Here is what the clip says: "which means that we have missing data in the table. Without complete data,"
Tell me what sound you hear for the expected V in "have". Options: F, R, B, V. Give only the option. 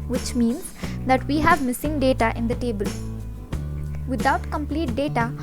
V